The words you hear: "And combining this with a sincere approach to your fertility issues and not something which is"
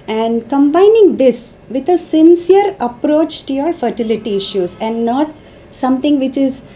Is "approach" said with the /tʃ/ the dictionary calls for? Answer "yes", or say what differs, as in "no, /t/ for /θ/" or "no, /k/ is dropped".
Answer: yes